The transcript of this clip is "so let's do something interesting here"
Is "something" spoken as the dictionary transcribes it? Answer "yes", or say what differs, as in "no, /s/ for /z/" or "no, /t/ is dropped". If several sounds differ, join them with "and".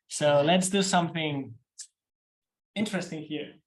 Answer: yes